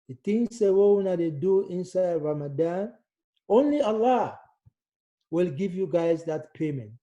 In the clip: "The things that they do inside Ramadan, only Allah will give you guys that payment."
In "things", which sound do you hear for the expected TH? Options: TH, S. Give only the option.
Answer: S